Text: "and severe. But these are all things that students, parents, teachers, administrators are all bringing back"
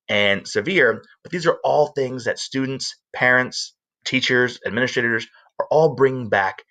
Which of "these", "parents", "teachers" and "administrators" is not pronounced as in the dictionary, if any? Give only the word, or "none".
none